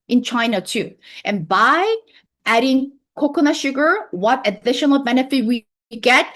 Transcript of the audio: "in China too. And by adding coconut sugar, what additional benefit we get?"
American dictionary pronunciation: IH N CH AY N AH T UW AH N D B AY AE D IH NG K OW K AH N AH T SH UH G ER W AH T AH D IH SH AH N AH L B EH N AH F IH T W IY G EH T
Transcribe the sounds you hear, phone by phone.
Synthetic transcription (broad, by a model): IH N CH AY N AH T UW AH N B AY AE D IH NG K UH K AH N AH SH UH G ER W AH T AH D IH SH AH N L B EH N AH F IH T W IY G EH T